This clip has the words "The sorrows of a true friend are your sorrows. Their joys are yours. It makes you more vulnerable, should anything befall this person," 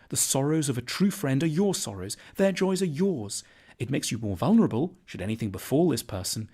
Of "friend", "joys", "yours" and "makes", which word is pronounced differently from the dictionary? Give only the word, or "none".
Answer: none